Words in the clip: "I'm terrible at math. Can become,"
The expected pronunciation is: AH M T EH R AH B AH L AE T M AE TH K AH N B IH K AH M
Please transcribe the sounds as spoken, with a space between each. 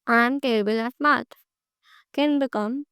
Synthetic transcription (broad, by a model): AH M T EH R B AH L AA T M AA T K AH N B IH K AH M